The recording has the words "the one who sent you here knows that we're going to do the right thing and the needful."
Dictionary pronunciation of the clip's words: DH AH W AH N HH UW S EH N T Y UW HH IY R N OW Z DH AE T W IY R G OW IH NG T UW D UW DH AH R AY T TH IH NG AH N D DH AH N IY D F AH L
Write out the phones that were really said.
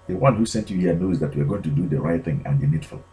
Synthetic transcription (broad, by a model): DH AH W AH N HH UW S EH N T Y UW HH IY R N OW Z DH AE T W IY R G OW IH NG T UW D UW DH AH R AY T TH IH NG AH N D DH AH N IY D F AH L